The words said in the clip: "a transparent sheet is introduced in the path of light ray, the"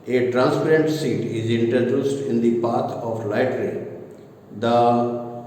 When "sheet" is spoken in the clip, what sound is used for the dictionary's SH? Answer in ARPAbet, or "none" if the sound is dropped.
S